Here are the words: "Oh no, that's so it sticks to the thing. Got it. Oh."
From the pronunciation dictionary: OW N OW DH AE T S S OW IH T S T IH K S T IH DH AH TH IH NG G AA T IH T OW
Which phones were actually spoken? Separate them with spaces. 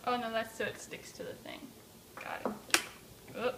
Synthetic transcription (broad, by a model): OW N OW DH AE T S S OW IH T S T IH K S T IH DH AH TH IH NG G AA IH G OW